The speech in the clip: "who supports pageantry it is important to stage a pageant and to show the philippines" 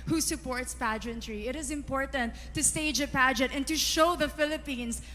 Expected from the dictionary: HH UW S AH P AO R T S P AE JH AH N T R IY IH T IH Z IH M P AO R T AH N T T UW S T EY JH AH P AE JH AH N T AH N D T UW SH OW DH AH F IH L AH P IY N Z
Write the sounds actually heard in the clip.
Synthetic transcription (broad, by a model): HH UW S AH P AO R T S P AE JH AH N T R IY IH T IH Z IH M P AO R T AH N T T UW S T EY JH AH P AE JH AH T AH N T UW SH OW DH AH F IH L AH P IY N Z